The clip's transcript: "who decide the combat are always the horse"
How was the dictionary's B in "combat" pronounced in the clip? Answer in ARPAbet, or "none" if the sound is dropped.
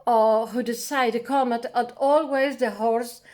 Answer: none